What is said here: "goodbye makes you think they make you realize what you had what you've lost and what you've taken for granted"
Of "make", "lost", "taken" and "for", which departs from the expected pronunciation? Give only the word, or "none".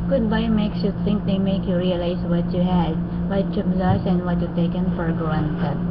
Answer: lost